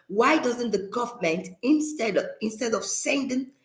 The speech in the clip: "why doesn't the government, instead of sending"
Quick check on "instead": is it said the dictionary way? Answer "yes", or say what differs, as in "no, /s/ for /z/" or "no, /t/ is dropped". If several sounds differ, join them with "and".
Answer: yes